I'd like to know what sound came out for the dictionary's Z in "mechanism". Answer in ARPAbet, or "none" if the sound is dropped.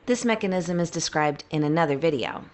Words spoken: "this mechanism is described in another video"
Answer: Z